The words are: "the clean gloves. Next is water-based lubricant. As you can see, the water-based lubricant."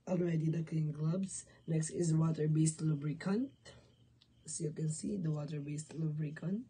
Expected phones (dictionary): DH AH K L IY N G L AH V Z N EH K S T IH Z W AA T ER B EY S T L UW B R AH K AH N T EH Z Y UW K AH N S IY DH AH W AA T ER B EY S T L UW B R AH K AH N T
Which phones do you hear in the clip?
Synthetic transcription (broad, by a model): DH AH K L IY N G L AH B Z N EH K S T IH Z W AA T ER B EY S T L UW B R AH K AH N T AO Y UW K AH N S IY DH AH W AA T ER B EY S T L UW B R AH K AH N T